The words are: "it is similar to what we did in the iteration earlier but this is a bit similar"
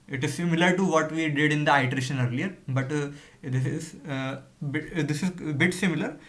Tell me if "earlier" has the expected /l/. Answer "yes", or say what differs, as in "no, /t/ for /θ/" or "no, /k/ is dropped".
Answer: yes